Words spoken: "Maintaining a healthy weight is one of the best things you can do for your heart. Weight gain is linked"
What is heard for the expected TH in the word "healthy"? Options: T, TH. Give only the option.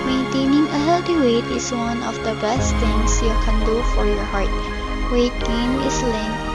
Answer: T